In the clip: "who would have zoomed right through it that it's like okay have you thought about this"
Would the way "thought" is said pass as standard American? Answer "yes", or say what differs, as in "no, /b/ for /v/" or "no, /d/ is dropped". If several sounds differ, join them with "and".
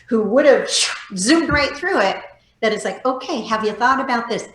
yes